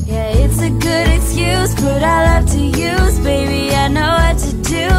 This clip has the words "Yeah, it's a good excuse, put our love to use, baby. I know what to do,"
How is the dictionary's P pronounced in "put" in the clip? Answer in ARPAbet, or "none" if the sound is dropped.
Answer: B